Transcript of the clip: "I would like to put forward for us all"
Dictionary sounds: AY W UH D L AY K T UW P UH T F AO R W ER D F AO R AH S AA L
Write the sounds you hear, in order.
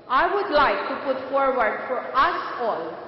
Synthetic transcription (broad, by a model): AY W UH D L AY K T UW P UH T F AO R W ER D F AO R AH S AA L